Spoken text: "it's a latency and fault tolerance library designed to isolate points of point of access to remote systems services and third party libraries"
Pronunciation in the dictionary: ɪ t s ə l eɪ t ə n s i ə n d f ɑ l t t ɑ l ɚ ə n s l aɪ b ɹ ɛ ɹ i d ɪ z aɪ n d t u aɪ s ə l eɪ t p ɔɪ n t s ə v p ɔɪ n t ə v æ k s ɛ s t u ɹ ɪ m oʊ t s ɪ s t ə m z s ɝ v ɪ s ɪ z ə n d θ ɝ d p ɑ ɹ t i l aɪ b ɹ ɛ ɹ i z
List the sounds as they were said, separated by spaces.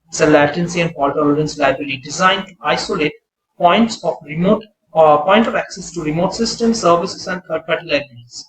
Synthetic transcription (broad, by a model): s ə l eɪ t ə n s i ə n d p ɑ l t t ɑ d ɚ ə n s l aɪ b ɹ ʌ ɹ i d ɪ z aɪ n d t u aɪ s ə l eɪ t p ɔɪ n t s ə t p ɔɪ n t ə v æ k s ɛ s t u ɹ ɪ m oʊ t s ɪ s t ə m s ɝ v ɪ s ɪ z ə n d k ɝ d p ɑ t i l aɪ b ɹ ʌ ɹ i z